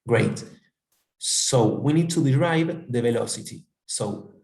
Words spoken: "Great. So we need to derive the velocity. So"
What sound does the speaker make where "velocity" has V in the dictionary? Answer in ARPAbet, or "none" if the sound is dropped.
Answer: V